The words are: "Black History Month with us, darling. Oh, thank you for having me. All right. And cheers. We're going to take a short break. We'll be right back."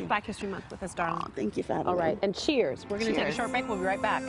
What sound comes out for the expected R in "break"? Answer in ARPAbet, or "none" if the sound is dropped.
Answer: none